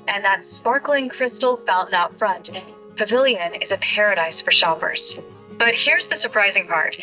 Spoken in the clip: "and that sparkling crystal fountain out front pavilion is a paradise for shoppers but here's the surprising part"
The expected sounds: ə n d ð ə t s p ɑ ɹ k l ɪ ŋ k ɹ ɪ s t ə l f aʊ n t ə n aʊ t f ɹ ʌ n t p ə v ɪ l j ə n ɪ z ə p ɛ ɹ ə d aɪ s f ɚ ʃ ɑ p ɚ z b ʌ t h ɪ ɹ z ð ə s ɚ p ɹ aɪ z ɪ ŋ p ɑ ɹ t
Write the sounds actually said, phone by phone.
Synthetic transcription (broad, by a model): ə n ð ə t s p ɑ ɹ k l ɪ ŋ k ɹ ɪ s t l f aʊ l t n aʊ t f ɹ ʌ n t p ə v ɪ l j ə n ɪ z ə p ɛ ɹ ə d aɪ s f ɚ ʃ ɑ p ɚ z b ʌ t h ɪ ɹ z ð ə s ɚ p ɹ aɪ z ɪ ŋ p ɑ ɹ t